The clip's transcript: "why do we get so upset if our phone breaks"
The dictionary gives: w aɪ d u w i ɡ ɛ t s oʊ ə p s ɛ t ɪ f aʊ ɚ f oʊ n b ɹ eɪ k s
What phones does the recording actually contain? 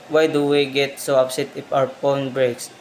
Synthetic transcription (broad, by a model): w aɪ d u w i ɡ ɛ t s oʊ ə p s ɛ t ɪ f aʊ ɚ p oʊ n b ɹ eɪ k s